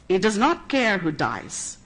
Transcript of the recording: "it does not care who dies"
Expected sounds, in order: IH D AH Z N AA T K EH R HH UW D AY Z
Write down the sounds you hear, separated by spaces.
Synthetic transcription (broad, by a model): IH D AH Z N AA T K EH R HH UW D AY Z